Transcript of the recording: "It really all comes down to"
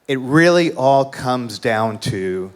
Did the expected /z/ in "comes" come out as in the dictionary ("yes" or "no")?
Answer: yes